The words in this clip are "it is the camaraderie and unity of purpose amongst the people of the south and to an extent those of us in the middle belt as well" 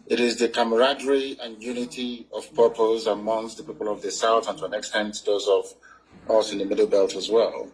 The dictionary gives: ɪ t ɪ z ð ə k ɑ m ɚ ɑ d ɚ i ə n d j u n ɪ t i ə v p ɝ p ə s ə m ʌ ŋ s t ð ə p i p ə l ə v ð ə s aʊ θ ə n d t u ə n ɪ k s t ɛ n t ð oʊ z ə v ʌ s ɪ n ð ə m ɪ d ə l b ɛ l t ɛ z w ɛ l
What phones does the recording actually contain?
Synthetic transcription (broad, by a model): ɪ t ɪ z ð ə k ɑ m ɚ ɑ d ɚ i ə n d j u n ɪ t i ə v p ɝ p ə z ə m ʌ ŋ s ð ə p i p ə l ə v ð ə s aʊ θ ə n t u ə n ɪ k s t ɛ n t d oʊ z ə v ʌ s ɪ n ð ə m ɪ d l b ɛ l t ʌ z w ɛ l